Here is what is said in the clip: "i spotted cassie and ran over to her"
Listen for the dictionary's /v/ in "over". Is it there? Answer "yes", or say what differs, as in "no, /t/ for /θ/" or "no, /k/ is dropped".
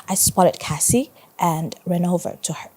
yes